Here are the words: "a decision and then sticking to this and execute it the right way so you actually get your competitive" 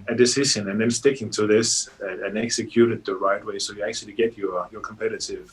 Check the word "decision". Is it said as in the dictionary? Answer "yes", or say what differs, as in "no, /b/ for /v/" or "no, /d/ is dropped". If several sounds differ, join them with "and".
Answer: no, /ʃ/ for /ʒ/